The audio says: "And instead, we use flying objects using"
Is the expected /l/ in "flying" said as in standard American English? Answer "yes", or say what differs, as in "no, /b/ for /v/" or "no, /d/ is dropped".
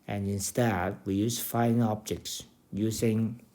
no, /l/ is dropped